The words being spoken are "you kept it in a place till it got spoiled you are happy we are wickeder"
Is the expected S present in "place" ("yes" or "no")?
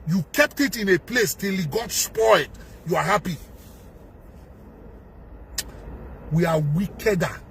yes